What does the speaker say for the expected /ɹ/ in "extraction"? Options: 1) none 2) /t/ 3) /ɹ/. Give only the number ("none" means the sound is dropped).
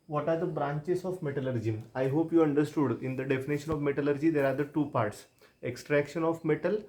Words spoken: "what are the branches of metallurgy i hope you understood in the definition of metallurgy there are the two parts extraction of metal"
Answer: 3